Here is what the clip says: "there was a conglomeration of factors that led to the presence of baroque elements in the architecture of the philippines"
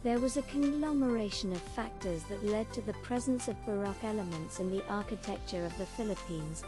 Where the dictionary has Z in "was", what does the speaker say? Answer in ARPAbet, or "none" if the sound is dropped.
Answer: Z